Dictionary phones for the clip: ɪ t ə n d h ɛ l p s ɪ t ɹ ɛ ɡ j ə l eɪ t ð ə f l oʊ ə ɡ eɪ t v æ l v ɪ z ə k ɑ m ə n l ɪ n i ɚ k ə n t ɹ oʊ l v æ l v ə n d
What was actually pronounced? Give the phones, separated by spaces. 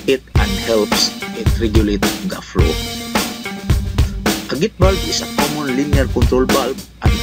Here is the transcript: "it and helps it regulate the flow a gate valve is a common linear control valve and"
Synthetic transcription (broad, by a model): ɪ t ə n d h ɛ l p s ɪ t ɹ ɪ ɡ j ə l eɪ t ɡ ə f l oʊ ə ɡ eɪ t b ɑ l b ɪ s ə k ɑ m ə n l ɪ n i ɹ k ə n t ɹ oʊ l b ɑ l b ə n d